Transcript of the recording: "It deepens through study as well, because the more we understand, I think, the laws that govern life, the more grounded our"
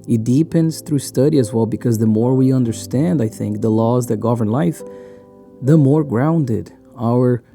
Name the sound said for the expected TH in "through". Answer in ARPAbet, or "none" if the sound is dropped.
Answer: TH